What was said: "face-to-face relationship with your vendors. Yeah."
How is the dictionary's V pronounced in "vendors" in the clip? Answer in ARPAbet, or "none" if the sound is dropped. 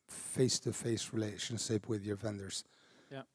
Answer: V